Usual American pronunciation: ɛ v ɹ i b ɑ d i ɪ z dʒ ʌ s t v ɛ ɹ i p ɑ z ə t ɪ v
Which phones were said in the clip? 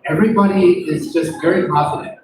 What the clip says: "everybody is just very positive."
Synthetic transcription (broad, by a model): ɛ v ɹ i b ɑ d i ɪ z dʒ ʌ s t v ɛ ɹ i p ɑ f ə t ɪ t